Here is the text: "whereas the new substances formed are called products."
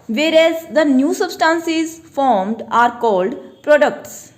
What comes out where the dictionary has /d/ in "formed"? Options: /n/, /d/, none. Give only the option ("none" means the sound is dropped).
/d/